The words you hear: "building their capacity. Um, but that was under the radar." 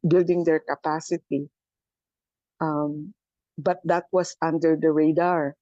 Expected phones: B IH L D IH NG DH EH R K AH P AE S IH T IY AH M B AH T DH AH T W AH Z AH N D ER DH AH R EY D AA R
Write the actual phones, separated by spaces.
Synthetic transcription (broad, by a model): B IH L D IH NG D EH R K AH P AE S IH T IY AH M B AH T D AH T W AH S AH N D ER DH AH R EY D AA R